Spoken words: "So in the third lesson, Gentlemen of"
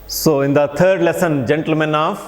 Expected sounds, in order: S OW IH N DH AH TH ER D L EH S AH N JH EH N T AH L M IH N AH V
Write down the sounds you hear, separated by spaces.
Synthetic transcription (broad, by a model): S OW IH N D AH T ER D L EH S AH N JH EH N T AH L M IH N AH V